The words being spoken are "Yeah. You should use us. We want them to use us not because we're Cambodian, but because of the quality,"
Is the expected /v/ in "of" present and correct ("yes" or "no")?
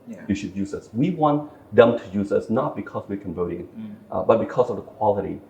yes